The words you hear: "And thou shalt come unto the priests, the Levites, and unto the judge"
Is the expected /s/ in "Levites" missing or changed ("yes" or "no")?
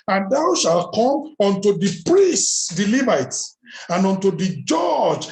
yes